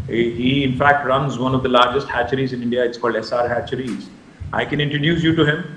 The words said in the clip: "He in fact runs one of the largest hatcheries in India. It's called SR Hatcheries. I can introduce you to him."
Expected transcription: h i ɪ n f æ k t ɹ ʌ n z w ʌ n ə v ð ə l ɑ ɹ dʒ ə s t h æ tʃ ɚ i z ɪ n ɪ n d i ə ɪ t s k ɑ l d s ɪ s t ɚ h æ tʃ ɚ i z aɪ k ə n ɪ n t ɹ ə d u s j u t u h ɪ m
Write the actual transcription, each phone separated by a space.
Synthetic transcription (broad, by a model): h i ɪ n f æ k t ɹ ʌ n z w ʌ n ə v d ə l ɑ ɹ dʒ ə s t h æ tʃ ɚ i z ɪ n ɪ n d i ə ɪ t s k ɑ l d s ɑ t h æ tʃ ɚ i z aɪ k ə n ɪ n t ɹ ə d u s j u t u h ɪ m